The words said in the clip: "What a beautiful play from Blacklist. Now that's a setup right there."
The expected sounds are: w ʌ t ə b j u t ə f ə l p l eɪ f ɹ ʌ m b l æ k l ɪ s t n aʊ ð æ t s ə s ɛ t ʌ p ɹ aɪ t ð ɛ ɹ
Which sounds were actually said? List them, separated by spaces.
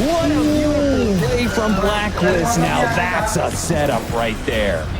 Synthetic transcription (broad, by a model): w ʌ ə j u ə ə f ɹ ʌ m b l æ k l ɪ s n aʊ ð æ t s ə s ɛ t ʌ p ɹ aɪ t ð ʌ ɹ